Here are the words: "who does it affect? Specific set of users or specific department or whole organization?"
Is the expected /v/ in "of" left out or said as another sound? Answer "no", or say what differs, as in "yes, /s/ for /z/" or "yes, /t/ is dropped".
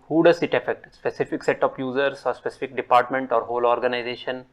yes, /p/ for /v/